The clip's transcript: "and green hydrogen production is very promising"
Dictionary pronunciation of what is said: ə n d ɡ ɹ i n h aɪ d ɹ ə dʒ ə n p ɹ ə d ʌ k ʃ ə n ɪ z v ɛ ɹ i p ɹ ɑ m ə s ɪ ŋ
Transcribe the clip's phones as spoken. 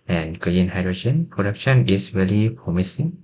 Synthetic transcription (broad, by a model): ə n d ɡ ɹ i n h aɪ d ɹ ə dʒ ə n p ɹ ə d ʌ k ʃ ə n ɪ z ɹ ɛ l i p ɹ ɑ m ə s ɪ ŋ